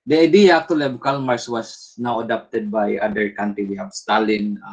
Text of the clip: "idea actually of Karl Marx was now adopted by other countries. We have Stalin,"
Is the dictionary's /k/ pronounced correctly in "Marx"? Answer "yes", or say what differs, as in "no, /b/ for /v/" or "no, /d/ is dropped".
no, /k/ is dropped